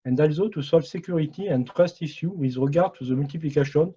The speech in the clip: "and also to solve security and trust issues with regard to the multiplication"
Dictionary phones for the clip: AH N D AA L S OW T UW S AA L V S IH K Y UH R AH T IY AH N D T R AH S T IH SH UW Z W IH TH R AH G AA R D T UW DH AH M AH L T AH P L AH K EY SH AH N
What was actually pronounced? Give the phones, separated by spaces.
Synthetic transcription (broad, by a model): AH N D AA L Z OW T UW S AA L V S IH K Y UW R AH T IY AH N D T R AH S T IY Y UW W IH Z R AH G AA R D T UW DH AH M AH L T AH P L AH K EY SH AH N